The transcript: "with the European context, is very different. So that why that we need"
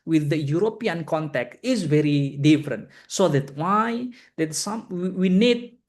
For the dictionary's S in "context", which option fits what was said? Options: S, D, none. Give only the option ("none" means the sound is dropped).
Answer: none